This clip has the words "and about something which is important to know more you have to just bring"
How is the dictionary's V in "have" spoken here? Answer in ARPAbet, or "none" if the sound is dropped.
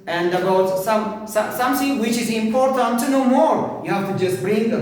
F